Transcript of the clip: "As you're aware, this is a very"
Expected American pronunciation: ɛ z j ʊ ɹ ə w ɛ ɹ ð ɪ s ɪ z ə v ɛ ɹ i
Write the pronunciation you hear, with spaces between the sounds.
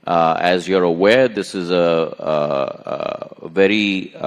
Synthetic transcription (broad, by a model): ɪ z j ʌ ɹ ə w ɛ ɹ ð ɪ s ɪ z ə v ɛ ɹ i